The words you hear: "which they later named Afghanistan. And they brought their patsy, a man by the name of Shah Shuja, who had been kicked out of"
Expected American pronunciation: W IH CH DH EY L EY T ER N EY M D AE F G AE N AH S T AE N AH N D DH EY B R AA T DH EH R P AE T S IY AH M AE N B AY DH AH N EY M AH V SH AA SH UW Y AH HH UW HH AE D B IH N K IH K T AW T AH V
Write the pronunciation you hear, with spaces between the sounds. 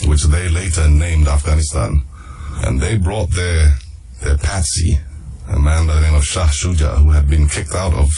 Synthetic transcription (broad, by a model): W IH CH DH EY L EY T ER N EY M D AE F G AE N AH S T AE N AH N DH EY B R AA T DH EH R P AE T S IY AH M AE N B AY DH AH N EY M AH V SH AA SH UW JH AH HH UW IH D B IH N K IH K T AW T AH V